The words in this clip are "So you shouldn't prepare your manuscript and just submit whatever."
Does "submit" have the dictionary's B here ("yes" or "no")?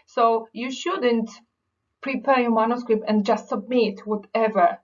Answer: yes